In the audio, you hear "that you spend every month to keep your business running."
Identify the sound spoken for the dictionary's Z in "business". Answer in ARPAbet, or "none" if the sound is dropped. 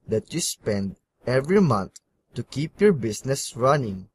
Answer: S